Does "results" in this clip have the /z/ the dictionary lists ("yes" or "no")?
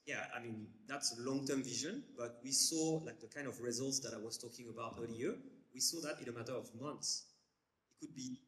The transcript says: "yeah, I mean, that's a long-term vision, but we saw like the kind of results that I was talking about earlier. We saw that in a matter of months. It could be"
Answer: yes